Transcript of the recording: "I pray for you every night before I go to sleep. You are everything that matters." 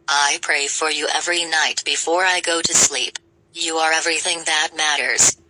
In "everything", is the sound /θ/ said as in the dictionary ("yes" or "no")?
yes